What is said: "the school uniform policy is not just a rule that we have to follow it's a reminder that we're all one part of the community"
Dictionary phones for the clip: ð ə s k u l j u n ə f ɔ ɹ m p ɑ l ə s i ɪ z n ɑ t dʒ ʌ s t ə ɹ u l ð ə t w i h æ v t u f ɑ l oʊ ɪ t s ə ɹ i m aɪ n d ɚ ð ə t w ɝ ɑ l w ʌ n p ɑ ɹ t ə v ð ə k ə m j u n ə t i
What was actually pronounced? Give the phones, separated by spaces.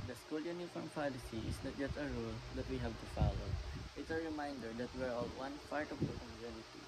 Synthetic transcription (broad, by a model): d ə s k u l j u n ə f ɔ ɹ m p ɑ l ə s i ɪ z n ɑ t dʒ ʌ s t ə ɹ u l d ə t w i h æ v t u f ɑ l oʊ ɪ t s ə ɹ i m aɪ n d ɚ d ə t w ɝ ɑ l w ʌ n f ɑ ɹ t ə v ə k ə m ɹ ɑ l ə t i